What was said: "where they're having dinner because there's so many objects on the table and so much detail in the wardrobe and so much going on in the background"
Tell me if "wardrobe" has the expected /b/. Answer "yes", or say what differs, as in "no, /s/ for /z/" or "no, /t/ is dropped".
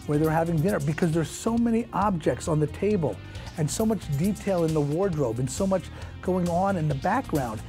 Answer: yes